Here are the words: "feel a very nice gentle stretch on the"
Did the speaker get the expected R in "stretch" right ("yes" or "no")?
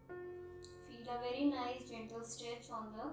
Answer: no